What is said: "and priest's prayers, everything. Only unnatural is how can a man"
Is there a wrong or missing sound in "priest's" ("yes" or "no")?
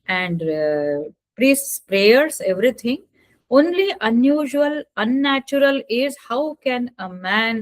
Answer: no